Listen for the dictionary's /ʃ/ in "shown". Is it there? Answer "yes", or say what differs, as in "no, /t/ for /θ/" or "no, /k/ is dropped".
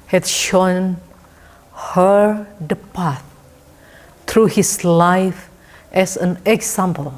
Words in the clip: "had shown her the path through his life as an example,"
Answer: yes